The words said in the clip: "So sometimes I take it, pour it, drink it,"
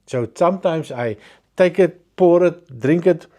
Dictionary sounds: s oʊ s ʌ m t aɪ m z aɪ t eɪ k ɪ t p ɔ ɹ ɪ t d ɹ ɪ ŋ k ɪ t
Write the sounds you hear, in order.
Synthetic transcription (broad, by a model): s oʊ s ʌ m t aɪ m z aɪ t eɪ k ɪ t p ɔ ɹ ɪ t d ɹ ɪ ŋ k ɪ t